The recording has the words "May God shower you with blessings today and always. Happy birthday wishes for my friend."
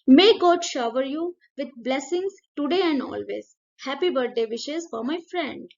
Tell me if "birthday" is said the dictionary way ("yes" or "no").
no